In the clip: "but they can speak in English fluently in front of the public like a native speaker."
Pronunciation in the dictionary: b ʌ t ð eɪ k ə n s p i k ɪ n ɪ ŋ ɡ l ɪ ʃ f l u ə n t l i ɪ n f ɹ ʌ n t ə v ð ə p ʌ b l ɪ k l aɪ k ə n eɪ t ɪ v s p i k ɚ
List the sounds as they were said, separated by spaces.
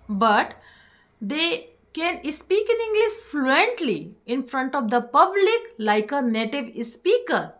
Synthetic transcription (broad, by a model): b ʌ t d eɪ k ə n s p i k ɪ n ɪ ŋ ɡ l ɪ s f l u ə n t l i ɪ n f ɹ ʌ n t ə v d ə p ʌ b l ɪ k l aɪ k ə n eɪ t ɪ v s p i k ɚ